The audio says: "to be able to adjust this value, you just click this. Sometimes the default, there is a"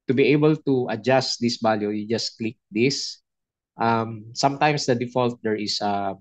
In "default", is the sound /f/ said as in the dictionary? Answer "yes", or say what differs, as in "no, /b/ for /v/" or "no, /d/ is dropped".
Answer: yes